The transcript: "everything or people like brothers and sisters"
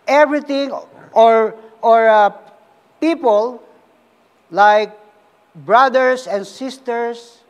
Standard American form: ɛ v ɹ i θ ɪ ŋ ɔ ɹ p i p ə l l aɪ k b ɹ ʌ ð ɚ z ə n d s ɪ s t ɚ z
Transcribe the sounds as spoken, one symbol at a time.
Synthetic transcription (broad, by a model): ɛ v ɹ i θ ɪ ŋ ɔ ɹ p i p ə l l aɪ k b ɹ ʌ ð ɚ s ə n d s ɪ s t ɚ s